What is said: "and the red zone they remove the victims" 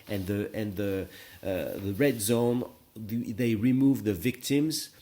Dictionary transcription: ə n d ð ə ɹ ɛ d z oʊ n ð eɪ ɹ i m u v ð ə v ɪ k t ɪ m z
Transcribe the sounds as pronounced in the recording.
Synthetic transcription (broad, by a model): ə n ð ð ə ɹ ɛ d z oʊ n ð eɪ ɹ i m u v ð ə v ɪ k t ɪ m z